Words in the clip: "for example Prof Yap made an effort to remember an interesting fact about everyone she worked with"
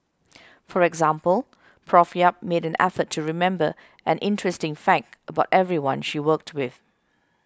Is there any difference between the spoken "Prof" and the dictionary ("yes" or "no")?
no